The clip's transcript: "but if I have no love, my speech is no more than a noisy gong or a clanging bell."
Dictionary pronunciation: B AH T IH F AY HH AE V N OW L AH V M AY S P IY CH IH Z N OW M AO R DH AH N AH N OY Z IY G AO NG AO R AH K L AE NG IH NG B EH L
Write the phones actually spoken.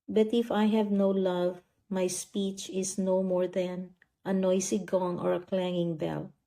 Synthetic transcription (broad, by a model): B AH T IH F AY HH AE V N OW L AH V M AY S P IY CH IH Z N OW M AO R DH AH N AH N OY S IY G AO NG AO R AH K L AE NG IH NG B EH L